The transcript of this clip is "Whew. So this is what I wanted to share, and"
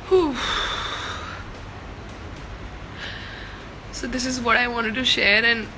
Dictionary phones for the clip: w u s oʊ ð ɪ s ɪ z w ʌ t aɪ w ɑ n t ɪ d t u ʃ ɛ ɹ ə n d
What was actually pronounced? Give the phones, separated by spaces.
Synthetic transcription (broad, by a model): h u s oʊ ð ɪ s ɪ z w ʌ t aɪ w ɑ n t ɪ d t u ʃ ɛ ɹ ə n